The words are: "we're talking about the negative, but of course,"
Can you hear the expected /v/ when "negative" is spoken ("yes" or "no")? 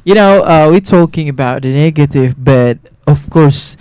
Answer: yes